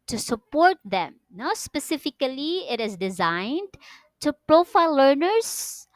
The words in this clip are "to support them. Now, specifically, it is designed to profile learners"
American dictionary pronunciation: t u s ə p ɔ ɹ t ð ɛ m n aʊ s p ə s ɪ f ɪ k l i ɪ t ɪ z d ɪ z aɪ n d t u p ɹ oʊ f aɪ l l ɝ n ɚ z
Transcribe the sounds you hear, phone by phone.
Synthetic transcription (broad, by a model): t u s ə p ɔ ɹ t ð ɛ m n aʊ s p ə s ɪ f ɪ k l i ɪ t ɪ z d ɪ z aɪ n d t u p ɹ oʊ f aɪ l l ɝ n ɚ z